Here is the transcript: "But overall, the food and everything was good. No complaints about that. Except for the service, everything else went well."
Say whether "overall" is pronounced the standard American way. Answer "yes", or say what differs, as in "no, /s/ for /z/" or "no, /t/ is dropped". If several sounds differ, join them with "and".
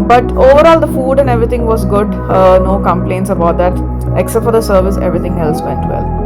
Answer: yes